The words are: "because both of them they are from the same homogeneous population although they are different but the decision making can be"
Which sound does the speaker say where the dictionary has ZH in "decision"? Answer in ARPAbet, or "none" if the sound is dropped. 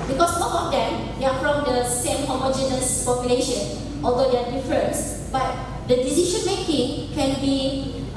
SH